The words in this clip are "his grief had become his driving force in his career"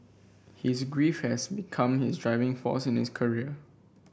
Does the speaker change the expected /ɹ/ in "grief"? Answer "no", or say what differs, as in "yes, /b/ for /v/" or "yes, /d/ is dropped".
no